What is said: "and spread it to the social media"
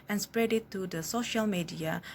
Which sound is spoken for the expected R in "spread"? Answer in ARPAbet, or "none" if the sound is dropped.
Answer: R